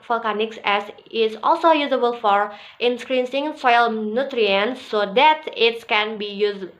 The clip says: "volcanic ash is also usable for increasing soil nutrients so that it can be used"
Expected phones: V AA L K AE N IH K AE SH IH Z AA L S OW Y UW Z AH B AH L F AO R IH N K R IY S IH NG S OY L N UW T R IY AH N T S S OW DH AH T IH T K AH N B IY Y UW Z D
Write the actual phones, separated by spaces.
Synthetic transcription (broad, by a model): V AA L K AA N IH K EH S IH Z AA L S OW Y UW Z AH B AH L F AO R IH N K R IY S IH NG S OY L N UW T R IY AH N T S S OW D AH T IH T K AH N B IY Y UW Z